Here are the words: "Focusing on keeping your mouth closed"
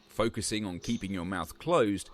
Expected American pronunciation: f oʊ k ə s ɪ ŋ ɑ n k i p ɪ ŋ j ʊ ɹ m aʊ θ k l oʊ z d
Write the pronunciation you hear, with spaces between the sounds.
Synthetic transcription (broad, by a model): f oʊ k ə s ɪ ŋ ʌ n k i p ɪ ŋ j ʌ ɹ m aʊ θ k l oʊ z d